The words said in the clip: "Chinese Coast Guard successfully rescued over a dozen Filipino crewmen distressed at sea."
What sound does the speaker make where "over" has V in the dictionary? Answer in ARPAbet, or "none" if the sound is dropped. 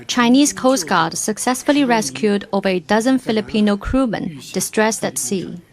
V